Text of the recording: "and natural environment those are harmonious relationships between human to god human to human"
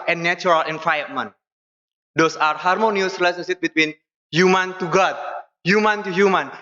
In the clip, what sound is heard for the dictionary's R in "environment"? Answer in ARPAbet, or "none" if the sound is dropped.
none